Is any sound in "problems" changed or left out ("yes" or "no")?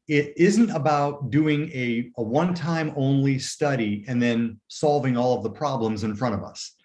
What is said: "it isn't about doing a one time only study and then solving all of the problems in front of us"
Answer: no